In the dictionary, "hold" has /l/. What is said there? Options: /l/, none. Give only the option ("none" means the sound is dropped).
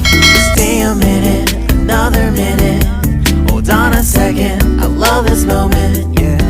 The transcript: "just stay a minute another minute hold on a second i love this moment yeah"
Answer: none